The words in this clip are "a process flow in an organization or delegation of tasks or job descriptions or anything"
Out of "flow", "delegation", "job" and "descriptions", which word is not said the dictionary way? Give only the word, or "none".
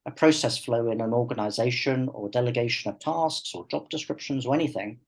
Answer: none